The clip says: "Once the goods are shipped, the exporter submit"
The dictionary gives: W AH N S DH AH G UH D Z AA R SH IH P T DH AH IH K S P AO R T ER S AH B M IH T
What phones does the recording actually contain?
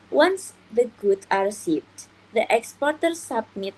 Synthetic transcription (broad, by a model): W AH N S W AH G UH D AA R S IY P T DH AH IH K S P AO R T ER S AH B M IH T